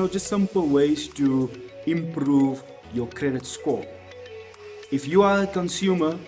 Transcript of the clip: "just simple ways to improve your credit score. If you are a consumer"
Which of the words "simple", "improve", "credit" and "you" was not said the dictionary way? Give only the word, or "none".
none